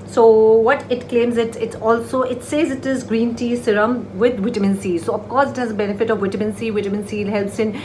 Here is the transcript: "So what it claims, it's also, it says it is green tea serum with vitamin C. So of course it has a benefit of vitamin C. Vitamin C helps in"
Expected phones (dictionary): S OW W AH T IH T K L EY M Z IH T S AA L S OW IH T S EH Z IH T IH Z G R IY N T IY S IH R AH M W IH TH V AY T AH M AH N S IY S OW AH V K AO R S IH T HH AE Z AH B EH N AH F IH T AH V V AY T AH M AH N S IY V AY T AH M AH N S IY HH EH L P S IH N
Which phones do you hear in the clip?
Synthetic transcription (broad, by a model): S OW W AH T IH T K L EY M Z IH T S AA L S OW IH T S EH Z IH T IH Z G R IY N T IY S IH R AH M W IH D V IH T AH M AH N S IY S OW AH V K AO R S IH T HH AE Z AH B EH N AH F IH T AH V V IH T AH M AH N S IY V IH T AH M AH N S IY HH EH L P S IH N